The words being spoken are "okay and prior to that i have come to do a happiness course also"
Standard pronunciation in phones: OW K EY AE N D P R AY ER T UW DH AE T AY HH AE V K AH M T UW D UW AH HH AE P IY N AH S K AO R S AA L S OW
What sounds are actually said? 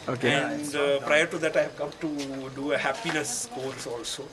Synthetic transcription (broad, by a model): OW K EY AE N D P R AY ER T UW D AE T AY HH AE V K AH M T UW D UW AH HH AE P IY N AH S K AO L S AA L S OW